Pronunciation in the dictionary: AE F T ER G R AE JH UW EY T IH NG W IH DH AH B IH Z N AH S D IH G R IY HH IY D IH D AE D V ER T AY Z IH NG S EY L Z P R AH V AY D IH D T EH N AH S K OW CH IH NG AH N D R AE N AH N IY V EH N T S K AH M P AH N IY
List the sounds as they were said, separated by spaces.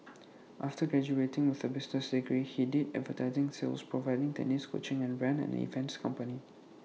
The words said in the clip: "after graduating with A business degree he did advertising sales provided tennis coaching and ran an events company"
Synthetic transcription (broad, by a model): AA F T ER G R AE JH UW EY T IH NG W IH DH AH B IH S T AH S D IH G R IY HH IY D IH D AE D V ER T AY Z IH NG S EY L S P R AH V AY D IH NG T EH N AH S K OW CH IH NG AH N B R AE N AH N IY F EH N S K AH M P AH N IY